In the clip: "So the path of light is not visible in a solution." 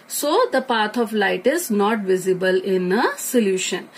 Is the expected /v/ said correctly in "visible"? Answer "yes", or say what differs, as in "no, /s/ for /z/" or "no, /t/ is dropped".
yes